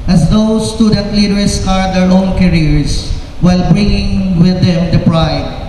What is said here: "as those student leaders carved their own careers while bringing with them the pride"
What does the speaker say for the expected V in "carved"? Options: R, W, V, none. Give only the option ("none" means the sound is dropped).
none